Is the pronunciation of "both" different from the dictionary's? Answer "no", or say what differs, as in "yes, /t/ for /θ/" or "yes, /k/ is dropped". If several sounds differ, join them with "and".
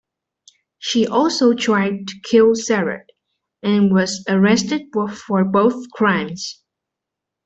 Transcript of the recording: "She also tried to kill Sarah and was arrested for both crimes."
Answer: no